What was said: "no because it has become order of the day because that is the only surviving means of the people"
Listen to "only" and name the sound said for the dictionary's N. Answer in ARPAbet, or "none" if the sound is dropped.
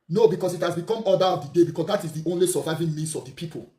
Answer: N